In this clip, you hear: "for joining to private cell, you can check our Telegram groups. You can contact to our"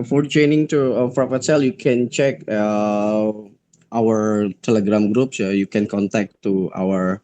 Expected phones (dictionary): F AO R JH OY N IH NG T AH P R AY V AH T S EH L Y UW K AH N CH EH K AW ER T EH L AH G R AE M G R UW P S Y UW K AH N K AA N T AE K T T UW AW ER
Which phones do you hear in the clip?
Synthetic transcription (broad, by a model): F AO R CH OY N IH NG T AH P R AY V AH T S EH L Y UW K AH N CH EH K AW ER T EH L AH G R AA M G R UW P S Y UW K AH N K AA N T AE K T T UW AW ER